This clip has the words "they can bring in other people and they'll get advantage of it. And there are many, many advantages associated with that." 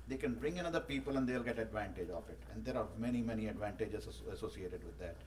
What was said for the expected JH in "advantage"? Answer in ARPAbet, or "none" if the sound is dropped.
JH